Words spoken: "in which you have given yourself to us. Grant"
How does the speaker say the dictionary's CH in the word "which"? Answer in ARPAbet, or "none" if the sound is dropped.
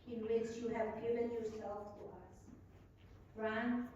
S